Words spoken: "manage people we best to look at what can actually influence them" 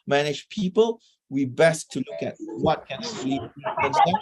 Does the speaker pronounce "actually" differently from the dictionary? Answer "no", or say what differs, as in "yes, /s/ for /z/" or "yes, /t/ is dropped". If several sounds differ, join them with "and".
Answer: yes, /l/ is dropped